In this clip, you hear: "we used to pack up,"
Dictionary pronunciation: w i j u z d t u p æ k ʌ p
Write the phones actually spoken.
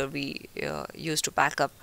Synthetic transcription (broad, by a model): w i j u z t u b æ k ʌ p